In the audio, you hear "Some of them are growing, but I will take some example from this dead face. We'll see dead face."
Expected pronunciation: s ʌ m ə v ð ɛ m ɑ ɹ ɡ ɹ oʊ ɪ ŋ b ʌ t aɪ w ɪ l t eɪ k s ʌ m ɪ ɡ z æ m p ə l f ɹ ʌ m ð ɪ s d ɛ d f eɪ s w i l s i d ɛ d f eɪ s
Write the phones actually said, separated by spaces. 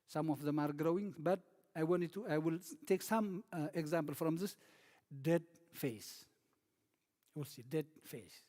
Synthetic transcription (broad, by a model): s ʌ m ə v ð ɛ m ɑ ɹ ɡ ɹ oʊ ɪ ŋ b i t aɪ w ɪ l t eɪ k s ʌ m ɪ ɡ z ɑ m p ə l f ɹ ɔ m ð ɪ s d ɛ d f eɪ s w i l s i d ɛ d f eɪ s